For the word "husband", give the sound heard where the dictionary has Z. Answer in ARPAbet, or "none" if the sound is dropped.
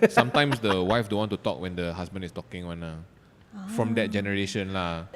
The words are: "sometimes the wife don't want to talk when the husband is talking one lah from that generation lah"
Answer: S